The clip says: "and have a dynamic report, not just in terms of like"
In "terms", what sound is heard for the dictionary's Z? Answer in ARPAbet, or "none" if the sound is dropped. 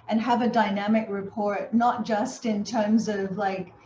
Z